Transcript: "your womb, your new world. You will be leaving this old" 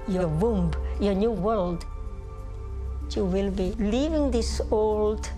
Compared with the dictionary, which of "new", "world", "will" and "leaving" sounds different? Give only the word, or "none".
none